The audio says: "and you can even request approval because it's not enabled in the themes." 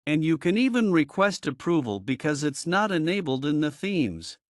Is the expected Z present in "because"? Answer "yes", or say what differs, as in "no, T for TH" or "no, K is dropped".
yes